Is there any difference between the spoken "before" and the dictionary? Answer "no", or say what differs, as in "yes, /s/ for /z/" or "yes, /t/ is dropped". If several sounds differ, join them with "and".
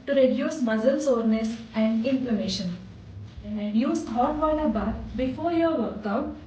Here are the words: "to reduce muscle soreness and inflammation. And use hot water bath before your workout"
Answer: no